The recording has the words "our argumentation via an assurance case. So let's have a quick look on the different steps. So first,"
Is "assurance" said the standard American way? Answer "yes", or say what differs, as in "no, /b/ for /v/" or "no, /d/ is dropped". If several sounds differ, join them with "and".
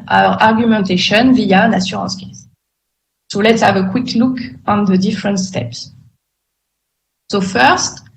no, /s/ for /ʃ/ and /n/ is dropped